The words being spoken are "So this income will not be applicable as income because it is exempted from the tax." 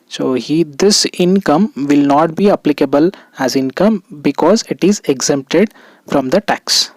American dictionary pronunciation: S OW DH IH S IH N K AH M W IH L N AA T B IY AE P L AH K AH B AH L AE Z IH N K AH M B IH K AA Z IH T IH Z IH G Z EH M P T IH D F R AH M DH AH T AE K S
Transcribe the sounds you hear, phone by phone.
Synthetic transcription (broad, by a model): S OW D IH S IH N K AH M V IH L N AA T B IY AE P L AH K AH B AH L AE Z IH N K AH M B IH K AA Z IH T IH Z IH G Z EH M P T IH D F R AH M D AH T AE K S